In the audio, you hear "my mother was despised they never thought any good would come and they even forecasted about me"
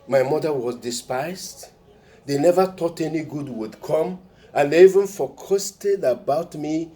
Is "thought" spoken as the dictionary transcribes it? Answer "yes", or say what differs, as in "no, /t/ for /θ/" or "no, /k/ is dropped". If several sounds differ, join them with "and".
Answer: no, /t/ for /θ/